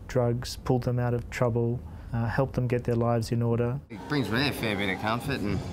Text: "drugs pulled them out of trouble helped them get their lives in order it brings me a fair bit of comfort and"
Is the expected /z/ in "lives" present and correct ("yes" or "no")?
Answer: yes